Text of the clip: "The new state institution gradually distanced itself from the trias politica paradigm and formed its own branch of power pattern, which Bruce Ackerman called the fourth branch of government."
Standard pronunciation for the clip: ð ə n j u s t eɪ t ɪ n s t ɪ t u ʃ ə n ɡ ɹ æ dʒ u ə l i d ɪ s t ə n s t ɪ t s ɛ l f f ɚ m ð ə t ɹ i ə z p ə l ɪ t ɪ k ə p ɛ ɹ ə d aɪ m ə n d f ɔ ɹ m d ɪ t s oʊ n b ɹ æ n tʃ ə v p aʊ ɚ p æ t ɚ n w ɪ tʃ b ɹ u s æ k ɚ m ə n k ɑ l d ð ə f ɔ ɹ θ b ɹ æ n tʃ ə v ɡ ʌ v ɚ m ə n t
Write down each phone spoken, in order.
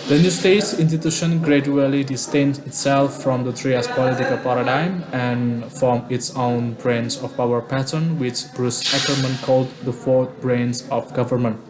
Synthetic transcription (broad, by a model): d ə n j u s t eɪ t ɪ n s t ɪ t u ʃ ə n ɡ ɹ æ dʒ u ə l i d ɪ s t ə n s ɪ t s ɛ l f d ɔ m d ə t ɹ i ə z p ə l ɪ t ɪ k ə p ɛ ɹ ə d aɪ m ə n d f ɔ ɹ m ɪ t s oʊ n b ɹ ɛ n s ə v p aʊ ɚ p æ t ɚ n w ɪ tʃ b ɹ u s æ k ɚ m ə n k ɑ l d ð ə f ɔ ɹ t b ɹ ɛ n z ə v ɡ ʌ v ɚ m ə n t